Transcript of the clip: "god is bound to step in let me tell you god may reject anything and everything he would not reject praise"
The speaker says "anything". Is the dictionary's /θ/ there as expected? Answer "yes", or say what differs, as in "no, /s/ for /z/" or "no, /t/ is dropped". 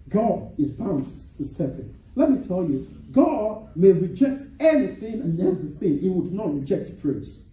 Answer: yes